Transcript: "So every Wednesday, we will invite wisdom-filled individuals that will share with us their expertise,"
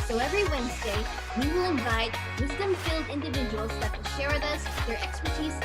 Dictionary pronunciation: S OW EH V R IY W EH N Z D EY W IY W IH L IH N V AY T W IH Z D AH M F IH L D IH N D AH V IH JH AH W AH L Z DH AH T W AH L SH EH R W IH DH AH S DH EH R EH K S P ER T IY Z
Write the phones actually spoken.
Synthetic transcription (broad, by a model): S OW EH V R IY W EH N Z D EY W IY W IH L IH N V AY T W IH Z D AH M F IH L D IH N D AH V IH JH AH W AH L Z DH AH T W AH L SH EH R W IH DH AH S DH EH R EH K S P ER T IY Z